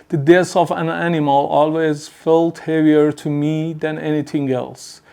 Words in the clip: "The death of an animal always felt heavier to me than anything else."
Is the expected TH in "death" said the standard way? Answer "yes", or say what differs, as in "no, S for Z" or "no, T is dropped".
no, S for TH